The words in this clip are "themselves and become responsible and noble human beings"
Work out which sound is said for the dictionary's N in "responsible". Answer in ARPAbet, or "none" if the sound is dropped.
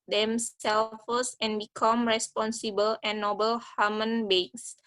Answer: N